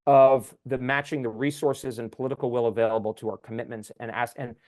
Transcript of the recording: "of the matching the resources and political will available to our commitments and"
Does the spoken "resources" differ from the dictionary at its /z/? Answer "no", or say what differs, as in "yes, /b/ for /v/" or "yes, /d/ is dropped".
no